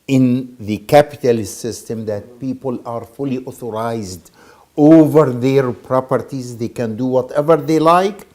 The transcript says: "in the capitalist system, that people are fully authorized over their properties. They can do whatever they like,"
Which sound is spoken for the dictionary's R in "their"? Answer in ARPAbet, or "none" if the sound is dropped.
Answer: R